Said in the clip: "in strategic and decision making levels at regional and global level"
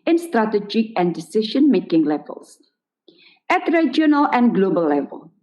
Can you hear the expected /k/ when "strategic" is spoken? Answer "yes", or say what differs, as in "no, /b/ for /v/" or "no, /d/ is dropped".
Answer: no, /k/ is dropped